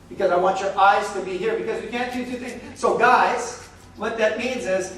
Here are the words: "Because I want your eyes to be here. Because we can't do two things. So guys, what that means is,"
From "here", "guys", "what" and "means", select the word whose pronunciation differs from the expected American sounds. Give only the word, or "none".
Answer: none